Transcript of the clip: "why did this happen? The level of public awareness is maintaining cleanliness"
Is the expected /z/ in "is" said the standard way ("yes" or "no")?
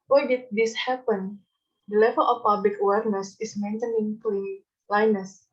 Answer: no